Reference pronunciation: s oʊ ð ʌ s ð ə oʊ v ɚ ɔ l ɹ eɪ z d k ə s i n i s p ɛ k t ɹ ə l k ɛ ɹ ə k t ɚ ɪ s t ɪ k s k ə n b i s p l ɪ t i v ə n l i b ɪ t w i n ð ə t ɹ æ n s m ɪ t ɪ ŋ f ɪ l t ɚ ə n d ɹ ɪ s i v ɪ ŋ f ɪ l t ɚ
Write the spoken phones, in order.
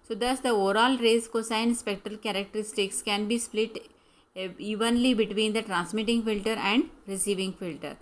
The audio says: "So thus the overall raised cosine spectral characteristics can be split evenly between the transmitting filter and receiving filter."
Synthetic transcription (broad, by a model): s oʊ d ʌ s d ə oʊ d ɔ l ɹ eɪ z k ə s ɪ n s p ɛ k t ɹ ə l k ɛ ɹ ə k t ɚ ɪ s t ɪ k s k ə n b i s p l ɪ t i v ə n l i b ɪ t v i n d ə t ɹ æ n s m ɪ t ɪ ŋ f ɪ l t ɚ ə n d ɹ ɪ s i v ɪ ŋ f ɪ l t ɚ